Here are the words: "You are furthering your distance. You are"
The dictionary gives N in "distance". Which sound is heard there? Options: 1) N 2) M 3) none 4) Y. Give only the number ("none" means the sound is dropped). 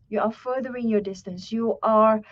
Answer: 1